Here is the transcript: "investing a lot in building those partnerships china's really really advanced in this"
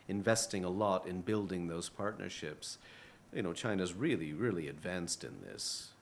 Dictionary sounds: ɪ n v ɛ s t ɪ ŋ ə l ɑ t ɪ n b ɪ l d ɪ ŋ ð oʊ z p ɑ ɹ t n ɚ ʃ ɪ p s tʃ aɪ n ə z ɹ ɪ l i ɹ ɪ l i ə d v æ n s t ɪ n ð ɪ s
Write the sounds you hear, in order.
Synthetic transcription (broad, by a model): ɪ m v ɛ s t ɪ ŋ ə l ɑ t ɪ n b ɪ l d ɪ ŋ ð oʊ z p ɑ ɹ t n ɚ ʃ ɪ p s tʃ aɪ n ə z ɹ ɪ l i ɹ ɪ l i ə d v æ n s t ɪ n ð ɪ s